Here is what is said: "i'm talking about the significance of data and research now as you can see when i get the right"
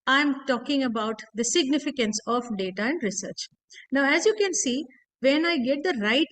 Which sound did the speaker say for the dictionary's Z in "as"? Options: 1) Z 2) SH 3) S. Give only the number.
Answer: 1